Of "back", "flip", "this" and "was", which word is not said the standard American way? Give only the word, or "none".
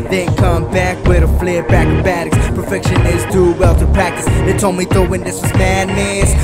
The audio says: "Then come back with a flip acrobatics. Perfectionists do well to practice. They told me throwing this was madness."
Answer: flip